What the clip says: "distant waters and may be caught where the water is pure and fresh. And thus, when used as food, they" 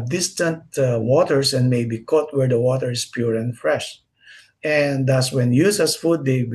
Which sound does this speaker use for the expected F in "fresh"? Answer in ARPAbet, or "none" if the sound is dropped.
F